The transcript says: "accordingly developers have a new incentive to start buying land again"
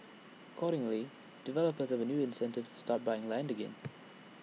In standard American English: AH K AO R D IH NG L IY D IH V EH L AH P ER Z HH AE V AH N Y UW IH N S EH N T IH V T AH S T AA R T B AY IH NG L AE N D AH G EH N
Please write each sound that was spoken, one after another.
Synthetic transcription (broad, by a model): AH K AO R D IH NG L IY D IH V EH L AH P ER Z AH V AH N Y UW IH N S EH N T IH V T AH S T AA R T B AY IH NG L AE N D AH G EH N